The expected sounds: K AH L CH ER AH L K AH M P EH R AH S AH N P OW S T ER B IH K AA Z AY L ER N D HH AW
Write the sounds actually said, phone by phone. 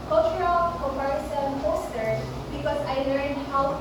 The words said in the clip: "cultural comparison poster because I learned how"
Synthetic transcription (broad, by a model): K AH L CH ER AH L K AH P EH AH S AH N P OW S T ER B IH K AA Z AY L ER N D HH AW